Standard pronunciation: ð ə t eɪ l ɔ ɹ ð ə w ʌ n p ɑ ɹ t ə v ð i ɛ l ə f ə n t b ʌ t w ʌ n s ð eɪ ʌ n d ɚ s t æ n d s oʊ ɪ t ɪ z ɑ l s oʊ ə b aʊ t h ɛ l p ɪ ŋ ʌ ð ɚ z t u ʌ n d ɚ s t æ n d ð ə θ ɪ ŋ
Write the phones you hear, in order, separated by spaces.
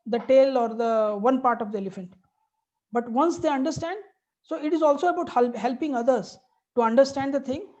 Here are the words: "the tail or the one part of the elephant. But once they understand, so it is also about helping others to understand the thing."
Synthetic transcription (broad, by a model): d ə t eɪ l ɔ ɹ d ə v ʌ n p ɑ ɹ t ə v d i ɛ l ə f ə n t b ʌ t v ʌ n s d eɪ ʌ n d ɚ s t æ n d s oʊ ɪ t ɪ z ɑ l s oʊ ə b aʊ t h ɛ l p ɪ ŋ ʌ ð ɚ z t u ʌ n d ɚ s t æ n d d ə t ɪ ŋ